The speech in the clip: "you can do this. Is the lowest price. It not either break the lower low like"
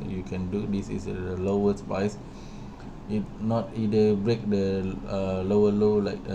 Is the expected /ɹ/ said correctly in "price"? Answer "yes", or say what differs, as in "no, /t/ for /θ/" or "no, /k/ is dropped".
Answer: no, /ɹ/ is dropped